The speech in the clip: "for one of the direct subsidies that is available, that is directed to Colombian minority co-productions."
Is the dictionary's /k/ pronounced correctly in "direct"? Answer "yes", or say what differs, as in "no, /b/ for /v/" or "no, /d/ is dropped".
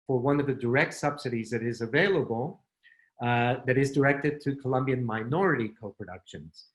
yes